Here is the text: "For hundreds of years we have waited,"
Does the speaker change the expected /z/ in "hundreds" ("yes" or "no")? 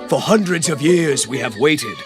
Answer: no